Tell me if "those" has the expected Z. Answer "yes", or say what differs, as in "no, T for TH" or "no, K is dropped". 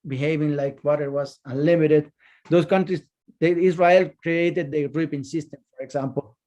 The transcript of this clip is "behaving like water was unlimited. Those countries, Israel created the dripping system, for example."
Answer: no, S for Z